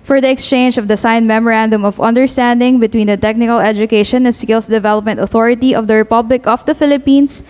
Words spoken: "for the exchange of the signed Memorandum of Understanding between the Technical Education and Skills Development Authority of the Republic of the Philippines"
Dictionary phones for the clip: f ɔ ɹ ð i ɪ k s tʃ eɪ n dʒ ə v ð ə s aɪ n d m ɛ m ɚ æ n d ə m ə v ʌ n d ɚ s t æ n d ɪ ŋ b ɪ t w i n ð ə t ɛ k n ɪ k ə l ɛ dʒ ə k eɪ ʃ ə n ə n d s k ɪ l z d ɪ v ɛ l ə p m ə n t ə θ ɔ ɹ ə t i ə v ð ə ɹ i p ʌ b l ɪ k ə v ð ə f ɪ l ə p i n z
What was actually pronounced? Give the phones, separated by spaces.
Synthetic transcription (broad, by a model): f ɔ ɹ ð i ɪ k s tʃ eɪ n dʒ ə v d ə s aɪ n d m ɛ m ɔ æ n d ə m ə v ʌ n d ɚ s t æ n d ɪ ŋ b ɪ t w i n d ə t ɛ k n ɪ k ə l ɛ dʒ ə k eɪ ʃ ə n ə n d s k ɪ l s d ɪ v ɛ l ə p m ə n t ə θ ɔ ɹ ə t i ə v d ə ɹ i p ʌ b l ɪ k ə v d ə f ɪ l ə p i n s